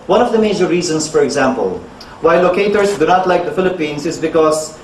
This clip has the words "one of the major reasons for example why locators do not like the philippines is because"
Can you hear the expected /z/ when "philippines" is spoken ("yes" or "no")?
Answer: no